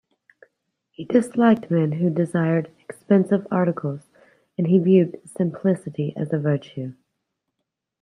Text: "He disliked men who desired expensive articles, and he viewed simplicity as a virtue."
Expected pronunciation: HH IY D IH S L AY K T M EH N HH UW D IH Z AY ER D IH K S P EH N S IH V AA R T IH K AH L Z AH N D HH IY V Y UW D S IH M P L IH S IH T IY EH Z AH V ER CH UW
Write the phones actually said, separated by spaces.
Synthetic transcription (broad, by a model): HH IY D IH S L AY K T M EH N HH UW D IH Z AY ER D IH K S P EH N S IH V AA R T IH K L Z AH N IY V Y UW D S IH M P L IH S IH T IY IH Z AH V ER CH UW